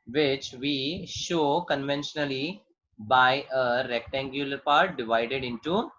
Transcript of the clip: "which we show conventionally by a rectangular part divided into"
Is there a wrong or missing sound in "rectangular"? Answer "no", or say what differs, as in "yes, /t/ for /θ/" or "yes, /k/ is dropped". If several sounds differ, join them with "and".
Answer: no